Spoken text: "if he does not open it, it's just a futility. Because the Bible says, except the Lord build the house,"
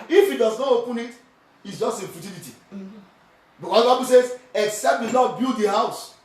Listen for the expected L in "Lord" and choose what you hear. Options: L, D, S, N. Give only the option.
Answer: N